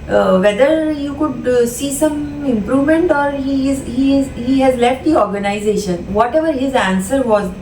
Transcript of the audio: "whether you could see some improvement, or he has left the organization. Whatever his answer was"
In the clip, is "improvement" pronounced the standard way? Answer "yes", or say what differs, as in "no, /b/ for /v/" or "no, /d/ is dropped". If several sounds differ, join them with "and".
yes